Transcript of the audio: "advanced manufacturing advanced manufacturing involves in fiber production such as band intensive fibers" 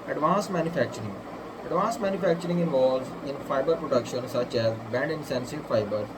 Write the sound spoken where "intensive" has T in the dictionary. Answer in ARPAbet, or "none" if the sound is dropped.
S